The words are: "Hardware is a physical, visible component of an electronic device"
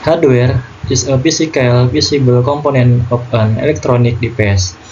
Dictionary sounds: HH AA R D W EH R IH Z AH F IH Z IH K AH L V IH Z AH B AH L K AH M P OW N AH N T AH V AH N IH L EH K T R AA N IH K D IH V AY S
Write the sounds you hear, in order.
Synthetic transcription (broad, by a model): HH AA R D W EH R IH S AH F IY S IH K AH L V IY S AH B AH L K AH M P OW N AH N AH P AH N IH L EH K T R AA N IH K D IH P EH S